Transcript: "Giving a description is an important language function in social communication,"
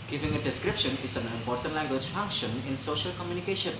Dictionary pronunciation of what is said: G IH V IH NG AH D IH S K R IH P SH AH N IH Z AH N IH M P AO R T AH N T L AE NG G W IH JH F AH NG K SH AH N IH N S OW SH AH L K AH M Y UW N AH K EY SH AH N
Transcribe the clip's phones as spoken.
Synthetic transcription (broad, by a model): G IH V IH NG AH D IH S K R IH P SH AH N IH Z AH N IH M P AO R T AH N T L AE NG G W IH JH F AH NG K SH AH N IH N S OW SH AH L K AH M Y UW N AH K EY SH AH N